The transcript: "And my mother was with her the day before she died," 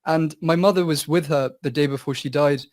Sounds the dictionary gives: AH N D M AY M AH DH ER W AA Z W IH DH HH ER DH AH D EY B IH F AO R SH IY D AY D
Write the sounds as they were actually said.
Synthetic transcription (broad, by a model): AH N M AY M AH DH ER W AA Z W IH DH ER DH AH D EY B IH F AO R SH IY D AY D